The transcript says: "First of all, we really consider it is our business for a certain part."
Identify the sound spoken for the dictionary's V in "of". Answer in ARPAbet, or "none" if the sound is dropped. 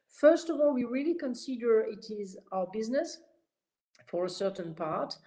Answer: V